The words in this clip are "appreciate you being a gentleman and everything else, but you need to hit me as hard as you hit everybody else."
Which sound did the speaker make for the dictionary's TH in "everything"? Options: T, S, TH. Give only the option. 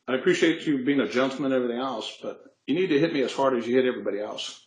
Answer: TH